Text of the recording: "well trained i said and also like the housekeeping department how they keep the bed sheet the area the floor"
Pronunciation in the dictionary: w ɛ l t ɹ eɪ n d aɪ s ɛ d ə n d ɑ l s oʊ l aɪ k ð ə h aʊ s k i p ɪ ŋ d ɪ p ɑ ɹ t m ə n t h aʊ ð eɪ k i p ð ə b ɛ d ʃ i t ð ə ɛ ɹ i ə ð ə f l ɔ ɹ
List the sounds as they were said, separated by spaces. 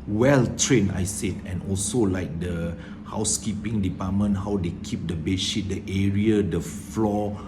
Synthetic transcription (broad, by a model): w ɛ l t ɹ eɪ n aɪ s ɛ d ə n ɑ l s oʊ l aɪ k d ə h aʊ s k i p ɪ ŋ d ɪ p ɑ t m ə n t h aʊ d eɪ k i p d ə b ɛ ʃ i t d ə ɛ ɹ i ə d ə f l ɔ